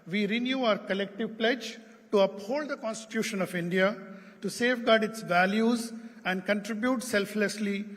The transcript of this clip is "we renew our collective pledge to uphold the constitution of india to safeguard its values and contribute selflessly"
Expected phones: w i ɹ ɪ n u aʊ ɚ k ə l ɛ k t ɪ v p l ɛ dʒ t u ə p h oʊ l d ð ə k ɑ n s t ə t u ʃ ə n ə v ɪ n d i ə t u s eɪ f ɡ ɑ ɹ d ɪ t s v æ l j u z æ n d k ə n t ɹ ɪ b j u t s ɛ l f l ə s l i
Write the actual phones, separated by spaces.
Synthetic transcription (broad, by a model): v i ɹ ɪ n u aʊ ɚ k ə l ɛ k t ɪ v p l ɛ dʒ t u ə p h oʊ l d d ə k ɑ n s t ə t u ʃ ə n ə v ɪ n d i ə t u s eɪ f ɡ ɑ ɹ d ɪ t s v æ l j u z æ n d k ə n t ɹ ɪ b j u t s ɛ l f l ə s l i